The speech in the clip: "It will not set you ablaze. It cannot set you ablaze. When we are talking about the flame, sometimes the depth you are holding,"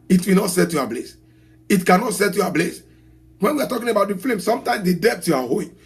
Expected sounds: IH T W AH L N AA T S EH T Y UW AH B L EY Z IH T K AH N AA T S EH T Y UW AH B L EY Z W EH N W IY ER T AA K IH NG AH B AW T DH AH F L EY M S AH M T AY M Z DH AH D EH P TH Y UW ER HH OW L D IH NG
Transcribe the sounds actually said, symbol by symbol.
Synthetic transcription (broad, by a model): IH T W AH N AA T S EH T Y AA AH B L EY S IH T K AH N AA T S EH T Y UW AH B L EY S W EH N W IY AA T AA K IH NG AH B AW T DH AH F L EY M S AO M T AY M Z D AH D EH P T Y UW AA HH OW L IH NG